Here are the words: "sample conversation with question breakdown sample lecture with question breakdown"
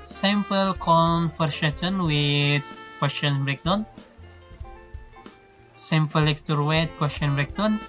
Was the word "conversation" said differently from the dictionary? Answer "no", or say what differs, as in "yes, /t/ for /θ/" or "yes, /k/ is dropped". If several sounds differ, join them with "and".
yes, /f/ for /v/